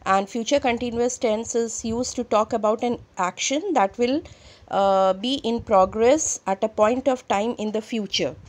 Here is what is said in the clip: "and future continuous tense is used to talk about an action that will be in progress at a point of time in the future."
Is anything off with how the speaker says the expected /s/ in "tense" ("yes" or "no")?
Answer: no